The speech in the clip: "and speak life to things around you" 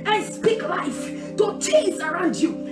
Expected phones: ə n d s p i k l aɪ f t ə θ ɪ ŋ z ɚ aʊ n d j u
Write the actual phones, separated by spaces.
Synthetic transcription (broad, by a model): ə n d s p i k l aɪ f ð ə t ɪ z ɚ aʊ n d j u